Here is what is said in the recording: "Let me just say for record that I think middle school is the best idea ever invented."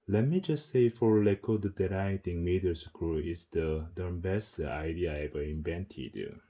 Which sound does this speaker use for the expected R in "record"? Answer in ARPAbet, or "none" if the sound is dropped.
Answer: L